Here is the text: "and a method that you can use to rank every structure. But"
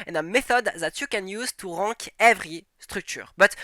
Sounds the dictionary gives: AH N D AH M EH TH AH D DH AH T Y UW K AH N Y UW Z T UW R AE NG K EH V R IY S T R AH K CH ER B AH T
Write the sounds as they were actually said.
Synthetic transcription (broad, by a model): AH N AH M EH TH AH D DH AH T Y UW K AH N Y UW Z T UW R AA K EH V R IY S T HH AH K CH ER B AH T